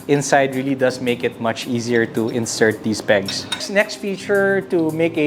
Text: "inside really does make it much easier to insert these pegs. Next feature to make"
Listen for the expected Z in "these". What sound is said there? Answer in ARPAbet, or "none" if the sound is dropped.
S